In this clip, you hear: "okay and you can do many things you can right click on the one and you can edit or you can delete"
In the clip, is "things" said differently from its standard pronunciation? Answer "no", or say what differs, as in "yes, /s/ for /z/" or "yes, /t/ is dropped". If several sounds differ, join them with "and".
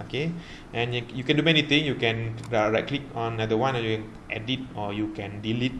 yes, /t/ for /θ/ and /z/ is dropped